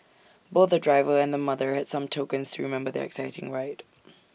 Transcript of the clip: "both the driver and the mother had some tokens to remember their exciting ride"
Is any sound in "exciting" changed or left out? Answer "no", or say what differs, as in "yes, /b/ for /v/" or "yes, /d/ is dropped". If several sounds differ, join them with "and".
no